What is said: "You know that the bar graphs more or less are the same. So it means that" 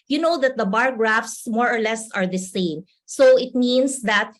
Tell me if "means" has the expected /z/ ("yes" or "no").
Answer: no